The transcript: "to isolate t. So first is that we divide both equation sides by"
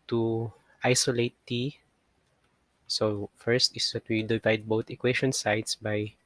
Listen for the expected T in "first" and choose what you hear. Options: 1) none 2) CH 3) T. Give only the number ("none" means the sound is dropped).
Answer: 3